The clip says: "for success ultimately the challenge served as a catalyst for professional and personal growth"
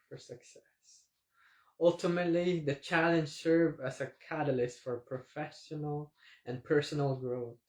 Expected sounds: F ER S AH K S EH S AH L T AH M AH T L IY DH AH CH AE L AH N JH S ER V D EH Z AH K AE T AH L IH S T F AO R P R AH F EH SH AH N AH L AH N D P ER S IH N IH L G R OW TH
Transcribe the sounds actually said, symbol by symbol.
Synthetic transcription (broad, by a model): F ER S AH K S EH S AH L T AH M AH T L IY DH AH CH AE L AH N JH S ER V EH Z AH K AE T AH L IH S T F AO R P R AH F EH SH AH N AH L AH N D P ER S IH N IH L G R OW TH